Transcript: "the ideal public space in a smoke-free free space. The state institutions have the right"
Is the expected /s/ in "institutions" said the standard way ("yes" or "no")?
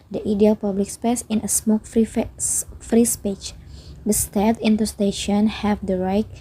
no